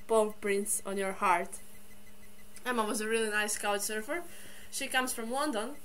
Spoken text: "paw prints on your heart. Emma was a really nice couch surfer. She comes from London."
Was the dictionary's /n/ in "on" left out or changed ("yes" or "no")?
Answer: no